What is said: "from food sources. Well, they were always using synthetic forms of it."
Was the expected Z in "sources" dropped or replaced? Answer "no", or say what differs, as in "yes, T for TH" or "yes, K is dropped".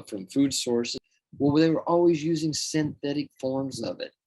yes, Z is dropped